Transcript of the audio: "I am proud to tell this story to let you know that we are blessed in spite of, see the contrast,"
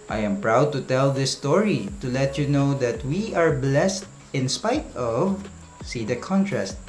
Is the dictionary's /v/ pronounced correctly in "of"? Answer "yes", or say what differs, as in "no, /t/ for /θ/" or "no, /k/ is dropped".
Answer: yes